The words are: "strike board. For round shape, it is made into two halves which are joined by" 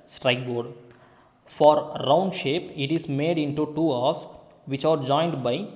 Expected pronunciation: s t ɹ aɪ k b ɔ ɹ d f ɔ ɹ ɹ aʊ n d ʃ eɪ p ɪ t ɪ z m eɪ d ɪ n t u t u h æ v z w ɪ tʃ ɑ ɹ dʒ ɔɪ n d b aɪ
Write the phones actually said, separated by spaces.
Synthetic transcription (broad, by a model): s t ɹ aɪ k b ɔ ɹ d f ɔ ɹ ɹ aʊ n d ʃ eɪ p ɪ t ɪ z m eɪ d ɪ n t u t u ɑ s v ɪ tʃ ɑ ɹ dʒ ɔɪ n d b aɪ